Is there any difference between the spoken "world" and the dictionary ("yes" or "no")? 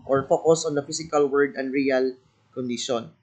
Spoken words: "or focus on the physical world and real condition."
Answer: yes